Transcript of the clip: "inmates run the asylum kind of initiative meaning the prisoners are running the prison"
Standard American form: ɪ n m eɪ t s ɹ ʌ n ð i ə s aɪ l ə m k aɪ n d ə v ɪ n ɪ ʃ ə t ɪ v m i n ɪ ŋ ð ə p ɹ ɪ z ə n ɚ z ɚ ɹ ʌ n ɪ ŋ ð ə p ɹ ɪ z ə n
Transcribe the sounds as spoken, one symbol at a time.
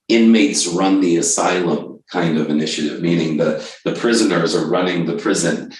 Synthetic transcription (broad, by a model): ɪ n m eɪ t s ɹ ʌ n ð i ə s aɪ l ə m k aɪ n d ə v ɪ n ɪ ʃ ə t ɪ v m i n ɪ ŋ ð ə p ɹ ɪ z ə n ɚ z ɚ ɹ ʌ n ɪ ŋ ð ə p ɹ ɪ z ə n